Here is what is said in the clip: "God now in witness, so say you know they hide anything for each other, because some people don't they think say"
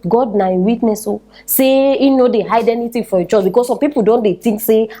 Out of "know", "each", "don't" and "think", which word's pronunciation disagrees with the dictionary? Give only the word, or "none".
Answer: think